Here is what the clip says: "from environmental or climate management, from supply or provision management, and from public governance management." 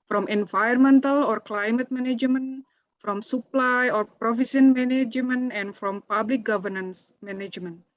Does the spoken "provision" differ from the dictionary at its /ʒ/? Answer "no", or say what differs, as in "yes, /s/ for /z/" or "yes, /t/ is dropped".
yes, /s/ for /ʒ/